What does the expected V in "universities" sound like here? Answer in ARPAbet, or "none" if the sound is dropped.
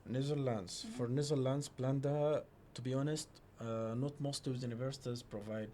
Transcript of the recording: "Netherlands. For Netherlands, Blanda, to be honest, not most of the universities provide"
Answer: V